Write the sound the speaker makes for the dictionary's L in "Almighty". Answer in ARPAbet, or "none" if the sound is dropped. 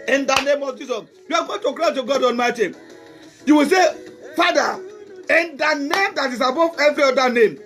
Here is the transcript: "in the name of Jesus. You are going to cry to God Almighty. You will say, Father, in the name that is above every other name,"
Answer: N